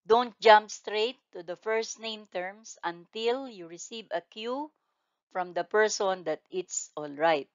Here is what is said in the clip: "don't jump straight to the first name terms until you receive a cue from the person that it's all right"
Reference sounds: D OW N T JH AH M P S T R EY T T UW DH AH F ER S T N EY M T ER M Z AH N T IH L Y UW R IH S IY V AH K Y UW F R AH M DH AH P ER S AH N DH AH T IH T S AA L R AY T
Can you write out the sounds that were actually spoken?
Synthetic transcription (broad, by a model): D OW N T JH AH M P S T R EY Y T UW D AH F ER S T N EY M T ER M S AH N T IH L Y UW R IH S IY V AH K Y UW F R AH M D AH P ER S AH N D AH T IH T S AA L R AY T